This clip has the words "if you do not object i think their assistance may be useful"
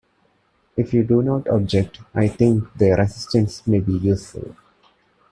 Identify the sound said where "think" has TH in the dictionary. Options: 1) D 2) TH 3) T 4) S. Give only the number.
3